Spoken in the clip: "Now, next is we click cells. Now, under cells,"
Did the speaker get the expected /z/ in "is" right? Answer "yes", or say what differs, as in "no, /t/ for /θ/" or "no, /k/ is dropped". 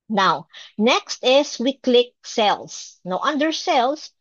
no, /s/ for /z/